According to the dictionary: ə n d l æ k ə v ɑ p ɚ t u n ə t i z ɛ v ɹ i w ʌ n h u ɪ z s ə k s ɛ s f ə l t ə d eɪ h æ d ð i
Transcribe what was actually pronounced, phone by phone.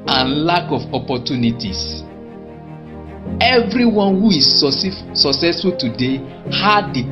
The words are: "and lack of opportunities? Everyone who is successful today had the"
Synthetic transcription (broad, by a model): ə n l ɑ k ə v ɑ p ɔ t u n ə t i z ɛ v ɹ i w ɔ n h u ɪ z s ə k s ɛ s f ə l t ə d eɪ h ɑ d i